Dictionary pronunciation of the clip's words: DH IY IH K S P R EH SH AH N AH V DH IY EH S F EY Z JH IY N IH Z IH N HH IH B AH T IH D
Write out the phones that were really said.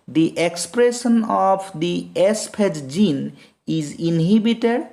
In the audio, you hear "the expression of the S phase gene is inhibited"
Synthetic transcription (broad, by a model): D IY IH K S P R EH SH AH N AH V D IY EH S P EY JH JH IY N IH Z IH N HH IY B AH T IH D